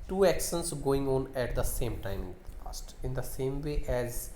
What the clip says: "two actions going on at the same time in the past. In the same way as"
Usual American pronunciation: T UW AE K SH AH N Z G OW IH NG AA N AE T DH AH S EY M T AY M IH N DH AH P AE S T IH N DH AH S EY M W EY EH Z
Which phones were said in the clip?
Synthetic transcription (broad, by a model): T UW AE K S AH N S G OW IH NG AA N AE T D AH S EY M T AY M IH N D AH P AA S T IH N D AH S EY M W EY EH Z